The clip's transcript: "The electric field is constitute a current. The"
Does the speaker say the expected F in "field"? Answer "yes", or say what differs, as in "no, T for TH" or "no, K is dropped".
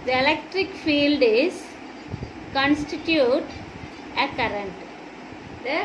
yes